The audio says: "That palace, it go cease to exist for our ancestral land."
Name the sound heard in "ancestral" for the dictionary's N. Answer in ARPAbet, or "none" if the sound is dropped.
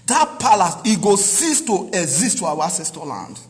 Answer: none